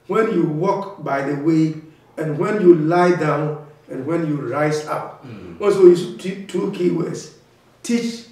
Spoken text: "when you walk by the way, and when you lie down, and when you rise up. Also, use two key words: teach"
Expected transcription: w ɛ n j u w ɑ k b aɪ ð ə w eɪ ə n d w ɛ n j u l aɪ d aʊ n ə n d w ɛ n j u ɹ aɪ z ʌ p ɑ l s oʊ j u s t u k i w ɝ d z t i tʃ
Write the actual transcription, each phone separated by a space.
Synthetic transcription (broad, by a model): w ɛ n j u w ɑ k b aɪ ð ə w eɪ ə n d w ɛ n j u l aɪ d aʊ n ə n w ɛ n j u ɹ aɪ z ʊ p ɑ n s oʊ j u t t u k i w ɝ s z t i tʃ